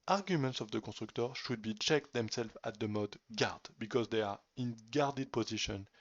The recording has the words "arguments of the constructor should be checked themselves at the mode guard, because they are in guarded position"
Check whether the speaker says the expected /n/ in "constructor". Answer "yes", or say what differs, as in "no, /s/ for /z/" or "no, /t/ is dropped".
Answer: no, /n/ is dropped